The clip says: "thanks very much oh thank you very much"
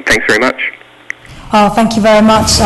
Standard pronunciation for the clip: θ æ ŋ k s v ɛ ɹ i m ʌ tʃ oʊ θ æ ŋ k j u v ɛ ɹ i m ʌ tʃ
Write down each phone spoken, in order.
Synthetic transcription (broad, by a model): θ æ ŋ k s v ɛ ɹ i m ʌ tʃ oʊ θ æ ŋ k j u v ɛ ɹ i m ʌ tʃ